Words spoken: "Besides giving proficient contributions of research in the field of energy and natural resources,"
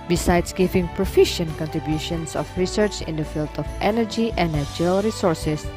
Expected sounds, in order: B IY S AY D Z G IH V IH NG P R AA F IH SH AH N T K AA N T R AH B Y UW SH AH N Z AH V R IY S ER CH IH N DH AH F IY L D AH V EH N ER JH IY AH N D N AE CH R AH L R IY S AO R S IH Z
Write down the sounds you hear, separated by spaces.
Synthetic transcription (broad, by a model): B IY S AY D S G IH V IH NG P R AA F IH SH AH N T K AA N T R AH B Y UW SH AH N S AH F R IY S ER CH IH N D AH F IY L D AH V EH N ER JH IY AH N N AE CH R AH L R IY S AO R S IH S